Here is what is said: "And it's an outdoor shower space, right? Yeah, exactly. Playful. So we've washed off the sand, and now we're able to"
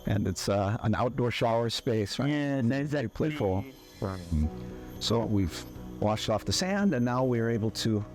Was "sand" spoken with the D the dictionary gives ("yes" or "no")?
yes